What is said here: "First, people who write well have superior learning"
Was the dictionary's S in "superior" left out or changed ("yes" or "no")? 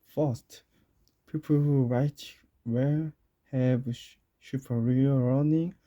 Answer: yes